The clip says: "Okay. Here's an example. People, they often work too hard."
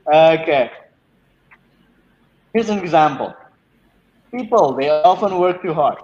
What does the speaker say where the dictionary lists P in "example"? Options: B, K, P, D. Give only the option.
P